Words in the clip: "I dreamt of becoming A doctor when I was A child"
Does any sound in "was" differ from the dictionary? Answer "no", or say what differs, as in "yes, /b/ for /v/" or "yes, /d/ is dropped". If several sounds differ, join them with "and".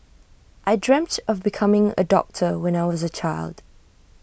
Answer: no